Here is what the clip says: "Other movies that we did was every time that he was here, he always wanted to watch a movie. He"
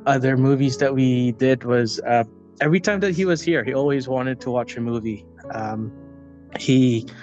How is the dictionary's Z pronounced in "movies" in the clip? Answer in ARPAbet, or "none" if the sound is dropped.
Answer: Z